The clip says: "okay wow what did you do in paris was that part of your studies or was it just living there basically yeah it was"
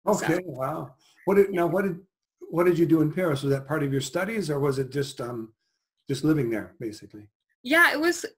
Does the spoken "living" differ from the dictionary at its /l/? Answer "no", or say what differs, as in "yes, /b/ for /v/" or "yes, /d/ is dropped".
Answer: no